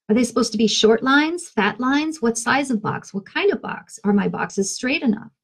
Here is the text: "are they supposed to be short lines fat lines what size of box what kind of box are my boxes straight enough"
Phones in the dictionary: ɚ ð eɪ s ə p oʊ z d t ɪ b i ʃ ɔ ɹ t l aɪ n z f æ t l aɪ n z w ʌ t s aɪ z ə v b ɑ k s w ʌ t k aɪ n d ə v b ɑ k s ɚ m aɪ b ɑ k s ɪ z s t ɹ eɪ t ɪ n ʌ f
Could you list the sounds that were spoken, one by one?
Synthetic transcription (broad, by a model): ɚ ð eɪ s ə p oʊ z t ɪ b i ʃ ɔ ɹ t l aɪ n z f æ t l aɪ n z w ʌ t s aɪ z ə v b ɑ k s w ʌ t k aɪ n d ə v b ɑ k s ɚ m aɪ b ɑ k s ɪ z s t ɹ eɪ t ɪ n ʌ f